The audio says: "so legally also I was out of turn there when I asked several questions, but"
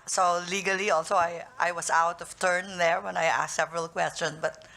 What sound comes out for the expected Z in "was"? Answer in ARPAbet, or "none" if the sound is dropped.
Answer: S